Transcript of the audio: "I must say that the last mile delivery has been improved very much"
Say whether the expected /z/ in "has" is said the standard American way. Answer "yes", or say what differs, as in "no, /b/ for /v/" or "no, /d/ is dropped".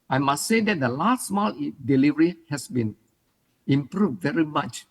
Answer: no, /s/ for /z/